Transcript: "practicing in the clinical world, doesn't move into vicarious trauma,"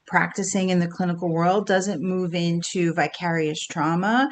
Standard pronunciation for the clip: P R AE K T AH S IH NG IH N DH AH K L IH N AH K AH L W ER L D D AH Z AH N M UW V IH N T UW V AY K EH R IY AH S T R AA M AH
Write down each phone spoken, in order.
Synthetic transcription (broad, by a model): P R AE K T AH S IH NG IH N DH AH K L IH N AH K L W ER L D D AH Z AH N M UW V IH N T UW V AY K EH R IY AH S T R AA M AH